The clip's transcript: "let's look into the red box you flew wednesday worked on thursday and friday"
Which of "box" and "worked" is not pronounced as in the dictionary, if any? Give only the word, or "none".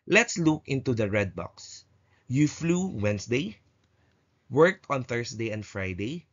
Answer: none